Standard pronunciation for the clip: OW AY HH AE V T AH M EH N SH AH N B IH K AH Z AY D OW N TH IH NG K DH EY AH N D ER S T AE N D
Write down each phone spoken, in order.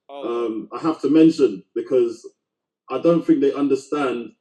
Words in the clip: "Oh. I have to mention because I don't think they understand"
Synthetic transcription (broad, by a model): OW AY HH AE F T AH M EH N SH AH N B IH K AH Z AY D OW N TH IH NG K DH EY AH N D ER S T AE N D